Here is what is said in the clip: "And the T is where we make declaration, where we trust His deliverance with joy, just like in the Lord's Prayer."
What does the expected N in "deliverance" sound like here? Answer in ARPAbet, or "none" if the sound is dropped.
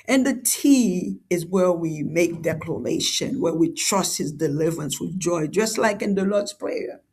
N